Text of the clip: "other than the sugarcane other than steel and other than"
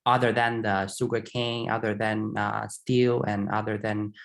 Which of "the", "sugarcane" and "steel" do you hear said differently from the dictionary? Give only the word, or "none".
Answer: sugarcane